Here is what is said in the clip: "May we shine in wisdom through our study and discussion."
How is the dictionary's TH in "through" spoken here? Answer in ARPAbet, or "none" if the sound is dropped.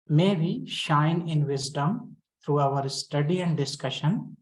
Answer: T